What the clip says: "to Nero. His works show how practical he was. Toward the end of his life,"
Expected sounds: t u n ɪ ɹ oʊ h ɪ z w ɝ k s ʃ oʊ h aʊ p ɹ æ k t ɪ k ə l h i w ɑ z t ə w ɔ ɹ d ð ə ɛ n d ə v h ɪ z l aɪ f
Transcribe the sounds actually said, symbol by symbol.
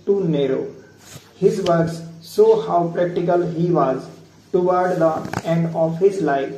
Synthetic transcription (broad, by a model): t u n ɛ ɹ oʊ h ɪ z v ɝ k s s oʊ h aʊ p ɹ æ k t ɪ k ə l h i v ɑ z t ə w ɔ ɹ d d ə ɛ n d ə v h ɪ z l aɪ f